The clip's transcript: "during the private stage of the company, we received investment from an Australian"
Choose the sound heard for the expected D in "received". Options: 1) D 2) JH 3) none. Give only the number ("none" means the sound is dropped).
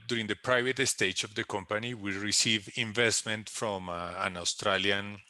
3